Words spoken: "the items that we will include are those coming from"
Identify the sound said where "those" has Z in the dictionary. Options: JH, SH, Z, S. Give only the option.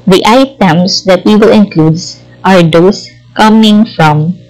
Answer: S